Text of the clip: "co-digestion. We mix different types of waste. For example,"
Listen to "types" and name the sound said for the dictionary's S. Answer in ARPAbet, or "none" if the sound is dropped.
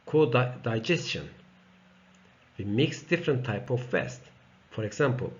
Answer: none